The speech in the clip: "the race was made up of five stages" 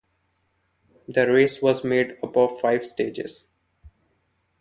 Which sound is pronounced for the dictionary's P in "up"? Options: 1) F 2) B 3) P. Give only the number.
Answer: 2